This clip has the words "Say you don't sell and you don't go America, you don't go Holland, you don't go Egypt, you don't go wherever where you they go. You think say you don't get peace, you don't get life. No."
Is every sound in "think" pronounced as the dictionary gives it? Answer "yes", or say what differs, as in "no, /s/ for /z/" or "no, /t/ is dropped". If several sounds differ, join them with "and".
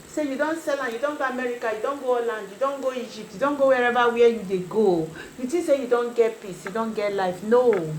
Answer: no, /t/ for /θ/